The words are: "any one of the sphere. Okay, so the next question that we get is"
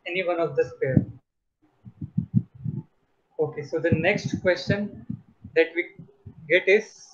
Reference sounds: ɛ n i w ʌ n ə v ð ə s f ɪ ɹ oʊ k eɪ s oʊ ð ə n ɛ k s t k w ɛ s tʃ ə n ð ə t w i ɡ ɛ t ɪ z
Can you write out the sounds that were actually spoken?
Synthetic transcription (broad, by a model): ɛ n i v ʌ n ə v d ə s p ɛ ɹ oʊ k eɪ s oʊ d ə n ɛ k s t k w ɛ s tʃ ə n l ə t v i ɡ ɛ t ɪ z